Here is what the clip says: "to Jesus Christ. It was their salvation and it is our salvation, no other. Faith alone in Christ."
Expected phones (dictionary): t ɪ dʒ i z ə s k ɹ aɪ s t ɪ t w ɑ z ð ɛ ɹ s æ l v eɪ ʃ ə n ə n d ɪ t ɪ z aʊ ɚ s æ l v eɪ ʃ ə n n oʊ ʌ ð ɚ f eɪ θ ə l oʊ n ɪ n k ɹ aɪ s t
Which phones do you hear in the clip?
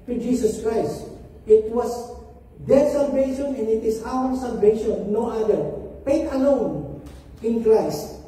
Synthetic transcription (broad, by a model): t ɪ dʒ i s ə s k ɹ aɪ s t ɪ t w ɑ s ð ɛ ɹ s æ l v eɪ ʃ ə n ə n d ɪ t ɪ s aʊ ɚ s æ l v eɪ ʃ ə n n oʊ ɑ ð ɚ p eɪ t ə l oʊ n ɪ n k ɹ aɪ s t